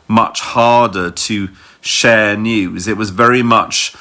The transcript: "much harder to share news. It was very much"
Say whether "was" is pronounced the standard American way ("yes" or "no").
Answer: yes